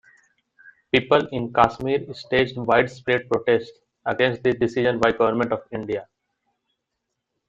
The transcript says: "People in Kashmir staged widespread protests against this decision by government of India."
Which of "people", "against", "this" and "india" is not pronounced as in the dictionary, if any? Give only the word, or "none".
this